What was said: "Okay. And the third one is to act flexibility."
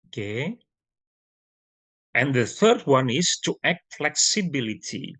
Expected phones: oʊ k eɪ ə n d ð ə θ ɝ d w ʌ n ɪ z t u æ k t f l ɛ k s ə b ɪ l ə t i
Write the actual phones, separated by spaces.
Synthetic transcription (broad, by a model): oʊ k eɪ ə n ð ə θ ɝ d w ʌ n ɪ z t u æ k t f l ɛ k s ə b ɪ l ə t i